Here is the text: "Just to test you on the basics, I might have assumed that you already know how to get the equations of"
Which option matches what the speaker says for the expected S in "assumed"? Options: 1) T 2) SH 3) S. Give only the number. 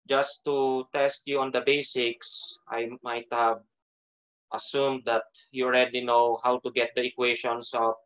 3